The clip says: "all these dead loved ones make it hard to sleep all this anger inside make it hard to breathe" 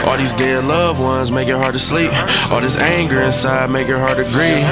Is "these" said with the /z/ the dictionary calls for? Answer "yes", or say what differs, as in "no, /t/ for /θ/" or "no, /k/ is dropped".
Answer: yes